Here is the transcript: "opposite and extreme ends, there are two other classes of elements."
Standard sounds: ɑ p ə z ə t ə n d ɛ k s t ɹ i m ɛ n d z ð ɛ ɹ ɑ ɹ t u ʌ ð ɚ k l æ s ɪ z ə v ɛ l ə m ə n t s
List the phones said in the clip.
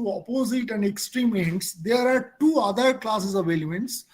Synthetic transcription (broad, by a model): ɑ p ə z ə t ə n d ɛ k s t ɹ i m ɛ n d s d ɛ ɹ ɑ ɹ t u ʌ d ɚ k l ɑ s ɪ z ə v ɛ l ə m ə n t s